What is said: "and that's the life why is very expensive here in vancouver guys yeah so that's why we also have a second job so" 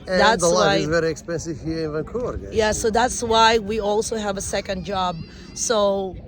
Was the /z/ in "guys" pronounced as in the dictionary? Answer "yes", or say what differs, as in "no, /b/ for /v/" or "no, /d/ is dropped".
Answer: no, /z/ is dropped